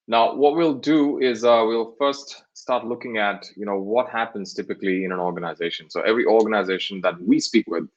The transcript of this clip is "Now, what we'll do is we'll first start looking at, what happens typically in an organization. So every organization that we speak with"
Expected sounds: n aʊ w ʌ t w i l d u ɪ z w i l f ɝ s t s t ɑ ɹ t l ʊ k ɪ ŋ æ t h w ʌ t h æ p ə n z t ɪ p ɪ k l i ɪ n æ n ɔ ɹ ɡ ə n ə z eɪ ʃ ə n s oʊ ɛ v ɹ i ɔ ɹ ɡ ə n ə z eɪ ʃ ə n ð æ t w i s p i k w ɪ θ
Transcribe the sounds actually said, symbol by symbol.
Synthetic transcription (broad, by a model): n aʊ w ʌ t w i l d u ɪ z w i l f ɝ s t s t ɑ ɹ t l ʊ k ɪ ŋ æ t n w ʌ t h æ p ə n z t ɪ p ɪ k l i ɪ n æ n ɔ ɹ ɡ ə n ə z eɪ ʃ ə n s oʊ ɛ v ɹ i ɔ ɹ ɡ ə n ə z eɪ ʃ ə n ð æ t w i s p i k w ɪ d